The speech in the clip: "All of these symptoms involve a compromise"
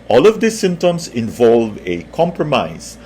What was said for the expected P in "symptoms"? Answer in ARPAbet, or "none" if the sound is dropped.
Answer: none